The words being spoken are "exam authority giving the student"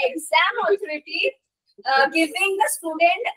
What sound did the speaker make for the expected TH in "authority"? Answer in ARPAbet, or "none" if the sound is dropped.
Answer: T